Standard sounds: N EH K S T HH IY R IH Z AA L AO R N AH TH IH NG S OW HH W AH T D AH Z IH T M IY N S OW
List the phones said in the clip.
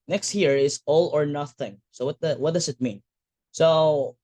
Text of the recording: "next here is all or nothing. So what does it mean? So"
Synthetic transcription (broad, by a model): N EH K S T HH IY R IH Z AA L AO R N AH TH IH NG S OW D W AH T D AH S IH T M IY N S OW